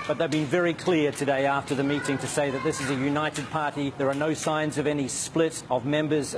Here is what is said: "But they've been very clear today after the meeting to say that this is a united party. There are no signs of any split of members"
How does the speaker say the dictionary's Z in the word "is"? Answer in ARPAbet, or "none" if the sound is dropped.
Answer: Z